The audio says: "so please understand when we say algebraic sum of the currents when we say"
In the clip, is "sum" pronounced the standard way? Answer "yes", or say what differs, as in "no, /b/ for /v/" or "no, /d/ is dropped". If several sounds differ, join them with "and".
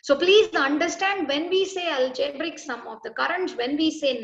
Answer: yes